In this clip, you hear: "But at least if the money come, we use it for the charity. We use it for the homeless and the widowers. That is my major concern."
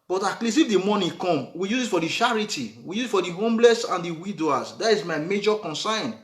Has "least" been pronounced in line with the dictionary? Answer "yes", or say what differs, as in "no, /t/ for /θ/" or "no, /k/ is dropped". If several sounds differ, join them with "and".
no, /t/ is dropped